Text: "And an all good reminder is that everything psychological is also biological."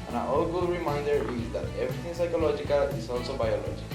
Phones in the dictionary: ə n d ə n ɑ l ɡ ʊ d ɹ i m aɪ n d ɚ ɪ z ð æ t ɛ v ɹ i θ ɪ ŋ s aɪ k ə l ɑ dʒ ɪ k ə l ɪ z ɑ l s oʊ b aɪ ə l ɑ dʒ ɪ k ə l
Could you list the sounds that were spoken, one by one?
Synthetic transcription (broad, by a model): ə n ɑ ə ɑ l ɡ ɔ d ɹ i m aɪ n d ɚ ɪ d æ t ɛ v ɹ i t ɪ ŋ s aɪ k ə l ɑ dʒ ɪ k ə l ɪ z ɑ l s oʊ b aɪ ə l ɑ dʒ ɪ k